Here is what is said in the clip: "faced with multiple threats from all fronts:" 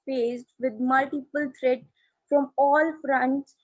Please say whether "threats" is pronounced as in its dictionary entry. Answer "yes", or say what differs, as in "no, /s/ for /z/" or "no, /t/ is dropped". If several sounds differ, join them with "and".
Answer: no, /t/ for /θ/ and /s/ is dropped